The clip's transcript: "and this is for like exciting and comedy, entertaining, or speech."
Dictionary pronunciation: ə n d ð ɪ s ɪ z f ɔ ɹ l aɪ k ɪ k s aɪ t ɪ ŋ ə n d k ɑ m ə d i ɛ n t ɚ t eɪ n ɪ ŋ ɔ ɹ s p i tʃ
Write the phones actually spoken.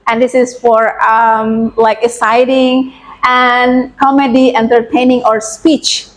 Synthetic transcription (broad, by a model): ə n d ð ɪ s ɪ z f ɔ ɹ l aɪ k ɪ s aɪ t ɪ ŋ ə n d k ɑ m ə d i ɛ n t ɚ t eɪ n ɪ ŋ ɔ ɹ s p i tʃ